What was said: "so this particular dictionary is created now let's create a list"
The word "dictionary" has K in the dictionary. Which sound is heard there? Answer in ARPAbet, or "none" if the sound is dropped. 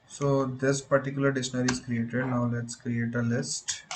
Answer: none